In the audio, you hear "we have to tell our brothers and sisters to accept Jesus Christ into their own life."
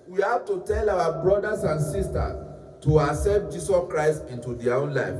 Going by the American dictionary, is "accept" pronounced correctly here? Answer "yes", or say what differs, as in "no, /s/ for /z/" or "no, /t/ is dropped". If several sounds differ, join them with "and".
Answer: no, /k/ is dropped